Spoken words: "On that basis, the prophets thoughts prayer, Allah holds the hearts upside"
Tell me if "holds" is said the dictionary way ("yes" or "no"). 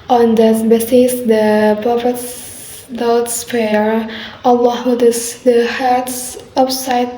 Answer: no